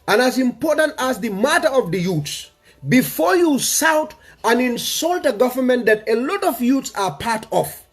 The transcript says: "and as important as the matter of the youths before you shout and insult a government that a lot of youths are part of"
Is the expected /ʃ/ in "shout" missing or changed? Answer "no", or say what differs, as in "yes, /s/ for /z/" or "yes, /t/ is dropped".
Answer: yes, /s/ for /ʃ/